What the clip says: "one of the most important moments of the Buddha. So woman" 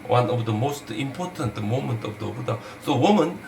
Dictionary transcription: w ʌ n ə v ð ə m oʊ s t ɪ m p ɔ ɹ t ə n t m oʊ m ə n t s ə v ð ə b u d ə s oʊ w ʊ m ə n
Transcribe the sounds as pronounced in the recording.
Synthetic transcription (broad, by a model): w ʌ n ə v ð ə m oʊ s t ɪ m p ɔ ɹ t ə n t m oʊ m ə n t ə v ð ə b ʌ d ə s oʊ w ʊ m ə n